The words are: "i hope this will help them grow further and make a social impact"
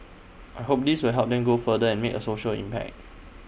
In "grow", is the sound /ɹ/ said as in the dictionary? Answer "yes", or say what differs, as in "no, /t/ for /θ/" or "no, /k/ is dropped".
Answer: no, /ɹ/ is dropped